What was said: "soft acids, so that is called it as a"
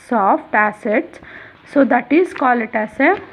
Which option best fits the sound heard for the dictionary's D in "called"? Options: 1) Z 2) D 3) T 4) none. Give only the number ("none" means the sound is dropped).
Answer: 4